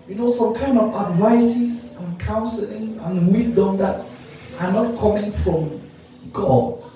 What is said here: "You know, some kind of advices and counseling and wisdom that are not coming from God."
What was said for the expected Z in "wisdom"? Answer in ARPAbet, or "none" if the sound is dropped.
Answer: S